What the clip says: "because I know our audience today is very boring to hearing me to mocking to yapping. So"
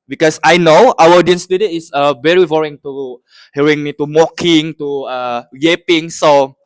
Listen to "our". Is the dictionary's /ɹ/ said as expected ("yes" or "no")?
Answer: no